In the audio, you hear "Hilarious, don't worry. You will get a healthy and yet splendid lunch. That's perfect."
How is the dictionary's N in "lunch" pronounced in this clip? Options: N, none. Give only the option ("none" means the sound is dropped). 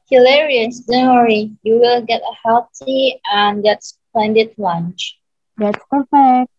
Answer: N